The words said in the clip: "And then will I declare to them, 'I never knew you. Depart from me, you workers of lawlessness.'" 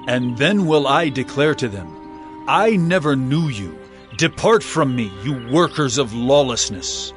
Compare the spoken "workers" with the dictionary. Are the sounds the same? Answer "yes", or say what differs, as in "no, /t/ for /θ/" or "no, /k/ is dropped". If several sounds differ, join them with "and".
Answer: yes